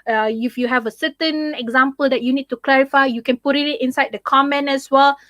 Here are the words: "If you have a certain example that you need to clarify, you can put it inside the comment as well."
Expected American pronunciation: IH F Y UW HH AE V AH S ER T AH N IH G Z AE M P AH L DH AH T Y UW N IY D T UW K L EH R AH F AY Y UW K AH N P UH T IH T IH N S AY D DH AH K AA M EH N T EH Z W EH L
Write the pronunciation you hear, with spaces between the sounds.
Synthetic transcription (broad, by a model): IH F Y UW HH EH V AH S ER T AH N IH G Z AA M P AH L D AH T Y UW N IY D T UW K L EH R AH F AY Y UW K AH N P UH T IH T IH N S AY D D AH K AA M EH N EH S W EH L